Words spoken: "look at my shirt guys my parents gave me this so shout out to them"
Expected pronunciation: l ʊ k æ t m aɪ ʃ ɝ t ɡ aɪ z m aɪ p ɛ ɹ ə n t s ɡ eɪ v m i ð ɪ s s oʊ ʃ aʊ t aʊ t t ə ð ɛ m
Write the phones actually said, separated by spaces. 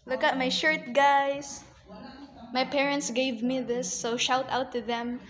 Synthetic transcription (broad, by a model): l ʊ k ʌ t m aɪ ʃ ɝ t ɡ aɪ s m aɪ p ɛ ɹ ə n t s ɡ eɪ v m i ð ɪ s s oʊ ʃ aʊ t aʊ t t ə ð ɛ m